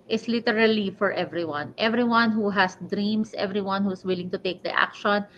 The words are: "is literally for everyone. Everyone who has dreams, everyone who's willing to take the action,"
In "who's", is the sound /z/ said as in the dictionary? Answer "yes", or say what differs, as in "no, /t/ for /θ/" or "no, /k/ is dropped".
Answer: no, /s/ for /z/